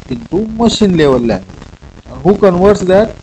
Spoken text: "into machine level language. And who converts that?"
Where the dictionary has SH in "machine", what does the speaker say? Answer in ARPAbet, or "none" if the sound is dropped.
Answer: SH